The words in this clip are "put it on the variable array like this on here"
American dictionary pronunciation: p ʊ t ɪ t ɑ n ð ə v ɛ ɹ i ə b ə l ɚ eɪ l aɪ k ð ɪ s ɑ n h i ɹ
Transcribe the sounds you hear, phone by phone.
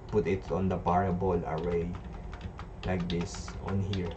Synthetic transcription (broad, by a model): p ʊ t ɪ t ɑ n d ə p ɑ ɹ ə b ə l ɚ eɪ l aɪ k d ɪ s ɑ n h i ɹ